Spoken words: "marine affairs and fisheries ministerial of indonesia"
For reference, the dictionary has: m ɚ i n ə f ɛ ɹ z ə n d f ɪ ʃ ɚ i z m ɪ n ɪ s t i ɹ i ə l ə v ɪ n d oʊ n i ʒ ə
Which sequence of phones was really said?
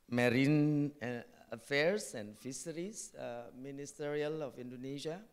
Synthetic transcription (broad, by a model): m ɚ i n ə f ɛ ɹ s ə n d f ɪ s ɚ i s m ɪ n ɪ s t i ɹ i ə l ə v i n d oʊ n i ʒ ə